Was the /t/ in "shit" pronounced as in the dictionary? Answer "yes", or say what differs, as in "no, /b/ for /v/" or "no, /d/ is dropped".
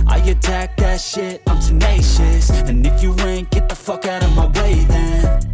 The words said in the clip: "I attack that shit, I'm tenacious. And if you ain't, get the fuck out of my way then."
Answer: yes